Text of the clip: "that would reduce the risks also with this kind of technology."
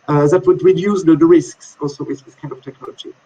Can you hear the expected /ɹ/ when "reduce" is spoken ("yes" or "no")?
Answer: no